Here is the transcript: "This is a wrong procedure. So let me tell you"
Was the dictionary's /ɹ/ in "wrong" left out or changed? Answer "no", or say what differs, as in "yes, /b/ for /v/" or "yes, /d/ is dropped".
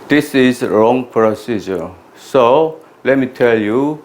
no